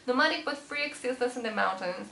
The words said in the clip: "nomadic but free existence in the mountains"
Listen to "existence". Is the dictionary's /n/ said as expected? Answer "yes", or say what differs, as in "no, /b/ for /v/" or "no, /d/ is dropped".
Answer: no, /n/ is dropped